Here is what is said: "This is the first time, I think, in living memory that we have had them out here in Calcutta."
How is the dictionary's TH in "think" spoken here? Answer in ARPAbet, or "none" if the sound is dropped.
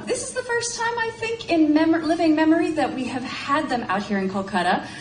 TH